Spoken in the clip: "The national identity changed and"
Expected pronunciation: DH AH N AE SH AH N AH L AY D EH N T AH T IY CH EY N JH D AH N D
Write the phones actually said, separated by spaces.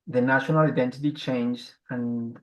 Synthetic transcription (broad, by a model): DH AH N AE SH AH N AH L AY D EH N T AH T IY CH EY N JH AH N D